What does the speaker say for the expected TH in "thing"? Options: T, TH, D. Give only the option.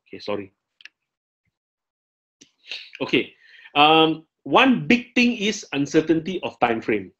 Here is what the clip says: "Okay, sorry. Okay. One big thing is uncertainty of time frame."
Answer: T